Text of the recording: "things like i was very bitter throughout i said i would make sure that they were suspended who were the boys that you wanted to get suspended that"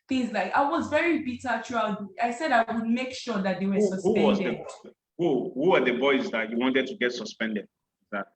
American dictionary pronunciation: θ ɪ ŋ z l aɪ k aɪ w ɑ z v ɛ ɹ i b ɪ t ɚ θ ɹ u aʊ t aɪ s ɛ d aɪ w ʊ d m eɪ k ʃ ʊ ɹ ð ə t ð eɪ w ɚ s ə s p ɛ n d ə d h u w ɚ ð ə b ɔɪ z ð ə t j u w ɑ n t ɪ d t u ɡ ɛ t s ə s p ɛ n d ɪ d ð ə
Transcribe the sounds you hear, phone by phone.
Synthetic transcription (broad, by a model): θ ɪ ŋ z l aɪ k aɪ w ɑ z v ɛ ɹ i b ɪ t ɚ t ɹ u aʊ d aɪ s ɛ d aɪ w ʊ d m eɪ k ʃ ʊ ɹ ð ə t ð eɪ w ɚ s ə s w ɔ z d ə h h u w ɚ ð ə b ɔɪ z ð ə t j u w ɑ n t ɪ d t u ɡ ɛ t s ə s p ɛ n d ɪ d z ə